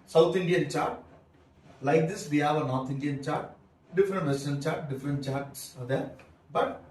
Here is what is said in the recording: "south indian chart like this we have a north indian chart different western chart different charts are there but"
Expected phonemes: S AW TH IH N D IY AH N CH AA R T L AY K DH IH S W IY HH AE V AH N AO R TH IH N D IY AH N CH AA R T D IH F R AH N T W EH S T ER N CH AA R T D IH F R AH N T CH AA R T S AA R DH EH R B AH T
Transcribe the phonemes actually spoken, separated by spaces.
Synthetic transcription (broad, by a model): S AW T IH N D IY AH N CH AA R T L AY K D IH S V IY HH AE V AH N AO R T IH N D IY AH N CH AA R T D IH F R AH N T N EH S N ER L CH AA R T D IH F R AH N T CH AA R T S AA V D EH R B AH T